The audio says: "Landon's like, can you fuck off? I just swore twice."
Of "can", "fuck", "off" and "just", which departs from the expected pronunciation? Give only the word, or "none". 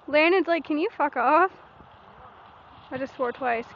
none